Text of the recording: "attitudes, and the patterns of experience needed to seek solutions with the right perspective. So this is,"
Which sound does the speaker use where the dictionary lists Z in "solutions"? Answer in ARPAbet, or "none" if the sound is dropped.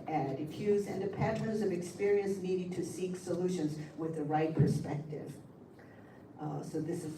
Z